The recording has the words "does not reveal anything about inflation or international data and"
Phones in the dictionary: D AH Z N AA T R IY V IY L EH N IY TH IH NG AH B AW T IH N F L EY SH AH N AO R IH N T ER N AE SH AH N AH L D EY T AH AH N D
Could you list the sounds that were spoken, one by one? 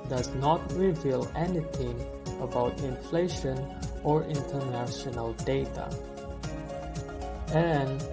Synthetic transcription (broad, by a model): D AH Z N AA T R IY V IY L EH N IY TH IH NG AH B AW T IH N F L EY SH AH N AO R IH N T ER N AE SH AH N AH L D EY T AH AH N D